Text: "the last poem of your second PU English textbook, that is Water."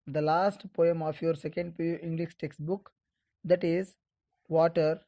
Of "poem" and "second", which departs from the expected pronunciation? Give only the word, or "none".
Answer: none